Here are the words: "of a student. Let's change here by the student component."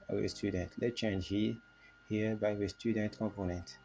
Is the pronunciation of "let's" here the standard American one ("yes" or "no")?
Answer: no